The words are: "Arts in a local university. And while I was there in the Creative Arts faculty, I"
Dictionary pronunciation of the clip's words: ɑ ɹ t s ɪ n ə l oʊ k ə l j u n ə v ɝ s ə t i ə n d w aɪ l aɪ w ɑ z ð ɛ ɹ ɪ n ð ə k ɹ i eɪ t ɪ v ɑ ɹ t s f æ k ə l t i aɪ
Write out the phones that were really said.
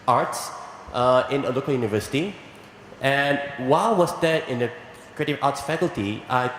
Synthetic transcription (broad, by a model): ɑ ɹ t s ɪ n ə l oʊ k ə l j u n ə v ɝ s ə t i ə n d w aɪ l w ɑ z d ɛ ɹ ɪ n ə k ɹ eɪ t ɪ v ɑ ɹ t s f æ k ə l t i aɪ